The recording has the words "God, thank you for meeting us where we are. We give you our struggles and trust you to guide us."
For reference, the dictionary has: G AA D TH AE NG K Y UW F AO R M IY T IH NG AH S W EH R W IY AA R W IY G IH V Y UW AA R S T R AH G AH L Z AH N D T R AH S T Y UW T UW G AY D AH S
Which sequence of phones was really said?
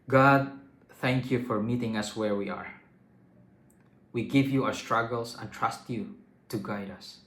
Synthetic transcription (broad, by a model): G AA D TH AE NG K Y UW F AO R M IY T IH NG AH S W EH R W IY AA R W IY G IH V Y UW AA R S T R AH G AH L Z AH N T R AH S T Y UW T UW G AY D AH S